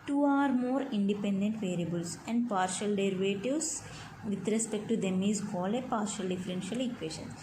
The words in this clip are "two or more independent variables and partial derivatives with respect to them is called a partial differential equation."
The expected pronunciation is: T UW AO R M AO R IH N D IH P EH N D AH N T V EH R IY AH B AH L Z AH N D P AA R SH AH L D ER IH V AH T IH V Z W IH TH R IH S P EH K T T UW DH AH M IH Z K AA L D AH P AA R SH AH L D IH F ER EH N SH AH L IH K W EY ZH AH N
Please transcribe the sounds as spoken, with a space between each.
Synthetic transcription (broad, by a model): T UW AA R M AO R IH N D IH P EH N D AH N T V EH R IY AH B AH L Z AH N D P AA R SH AH L D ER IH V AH T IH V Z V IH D R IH S P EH K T T UW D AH M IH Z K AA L AH P AA R SH AH L D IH F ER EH N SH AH L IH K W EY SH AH N